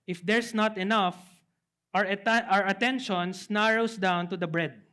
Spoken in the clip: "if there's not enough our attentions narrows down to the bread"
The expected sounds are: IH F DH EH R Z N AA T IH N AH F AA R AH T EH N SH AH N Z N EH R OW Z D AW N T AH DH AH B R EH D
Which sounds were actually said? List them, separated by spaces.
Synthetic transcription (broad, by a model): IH F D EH R S N AA T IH N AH F AA R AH T EH N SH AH N S N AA R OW S D AW N T AH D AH B R EH D